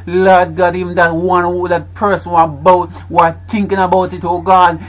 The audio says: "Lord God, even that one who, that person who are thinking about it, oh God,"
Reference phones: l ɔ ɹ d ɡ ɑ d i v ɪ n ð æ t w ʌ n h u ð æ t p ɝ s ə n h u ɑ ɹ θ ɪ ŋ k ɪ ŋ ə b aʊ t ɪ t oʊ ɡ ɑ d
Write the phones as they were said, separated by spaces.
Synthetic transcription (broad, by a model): l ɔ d ɡ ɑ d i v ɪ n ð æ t w ʌ n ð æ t p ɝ s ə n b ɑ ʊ w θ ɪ ŋ k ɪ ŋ ə b aʊ t ɪ t oʊ ɡ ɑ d